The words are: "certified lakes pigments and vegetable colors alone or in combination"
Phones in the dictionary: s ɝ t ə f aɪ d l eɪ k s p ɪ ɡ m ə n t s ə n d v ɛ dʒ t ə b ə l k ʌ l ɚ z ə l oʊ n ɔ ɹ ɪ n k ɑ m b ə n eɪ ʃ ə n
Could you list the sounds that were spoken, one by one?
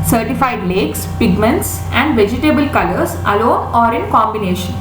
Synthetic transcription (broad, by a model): s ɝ t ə f aɪ d l eɪ k s p ɪ ɡ m ə n t s ə n d v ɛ dʒ t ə b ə l k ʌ l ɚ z ə l oʊ n ɔ ɹ ɪ n k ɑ m b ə n eɪ ʃ ə n